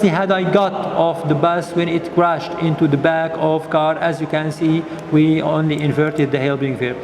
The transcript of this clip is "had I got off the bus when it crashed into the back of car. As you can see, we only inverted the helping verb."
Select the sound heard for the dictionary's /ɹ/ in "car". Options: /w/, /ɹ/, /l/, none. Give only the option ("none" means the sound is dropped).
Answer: /ɹ/